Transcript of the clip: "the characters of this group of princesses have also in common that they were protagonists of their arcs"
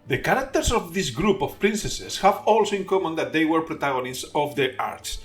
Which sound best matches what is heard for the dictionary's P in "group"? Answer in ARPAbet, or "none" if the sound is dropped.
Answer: P